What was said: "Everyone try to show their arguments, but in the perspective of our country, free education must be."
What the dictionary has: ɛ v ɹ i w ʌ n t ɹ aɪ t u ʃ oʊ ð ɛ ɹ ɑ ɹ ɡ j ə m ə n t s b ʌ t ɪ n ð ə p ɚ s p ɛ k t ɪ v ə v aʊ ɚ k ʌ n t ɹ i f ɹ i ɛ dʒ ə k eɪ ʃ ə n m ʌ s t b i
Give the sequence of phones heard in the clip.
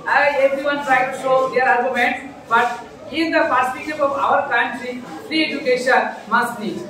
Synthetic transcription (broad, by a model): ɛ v ɹ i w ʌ n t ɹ aɪ t u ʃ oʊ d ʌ ɹ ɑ ɹ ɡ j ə m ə n t s b ʌ t ɪ n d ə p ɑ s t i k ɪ p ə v aʊ ɚ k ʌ n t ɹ i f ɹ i ɛ dʒ ə k eɪ ʃ ə n m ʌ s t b i